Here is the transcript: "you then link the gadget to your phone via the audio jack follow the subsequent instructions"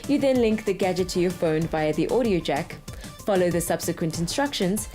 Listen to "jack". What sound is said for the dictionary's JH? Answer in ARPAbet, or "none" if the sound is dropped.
JH